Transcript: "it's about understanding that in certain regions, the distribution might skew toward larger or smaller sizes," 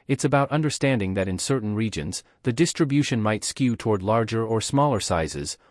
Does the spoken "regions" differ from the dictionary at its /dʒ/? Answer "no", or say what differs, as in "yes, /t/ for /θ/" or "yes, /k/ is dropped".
no